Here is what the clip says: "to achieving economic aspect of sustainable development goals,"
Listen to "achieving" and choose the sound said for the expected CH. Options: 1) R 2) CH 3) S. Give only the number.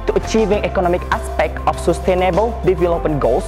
2